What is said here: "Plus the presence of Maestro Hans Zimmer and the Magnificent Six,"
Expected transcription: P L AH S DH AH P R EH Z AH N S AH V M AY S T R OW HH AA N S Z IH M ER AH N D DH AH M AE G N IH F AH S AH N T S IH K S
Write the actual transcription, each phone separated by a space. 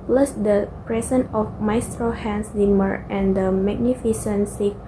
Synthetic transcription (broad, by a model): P L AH S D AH P R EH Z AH N AH F M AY S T R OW HH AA N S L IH M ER AH N D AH M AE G N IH F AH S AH N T S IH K